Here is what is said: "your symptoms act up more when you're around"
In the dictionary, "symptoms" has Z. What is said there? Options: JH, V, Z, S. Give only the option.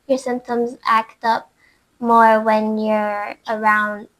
Z